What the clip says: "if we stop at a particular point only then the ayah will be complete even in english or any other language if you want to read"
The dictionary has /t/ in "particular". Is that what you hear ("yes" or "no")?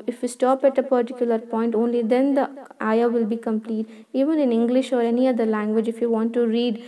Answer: yes